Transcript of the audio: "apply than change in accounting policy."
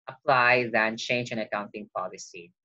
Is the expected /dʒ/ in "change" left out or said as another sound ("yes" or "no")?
no